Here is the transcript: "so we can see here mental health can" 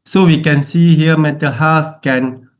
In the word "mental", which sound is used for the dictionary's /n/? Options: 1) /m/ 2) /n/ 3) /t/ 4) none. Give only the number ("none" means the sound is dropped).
4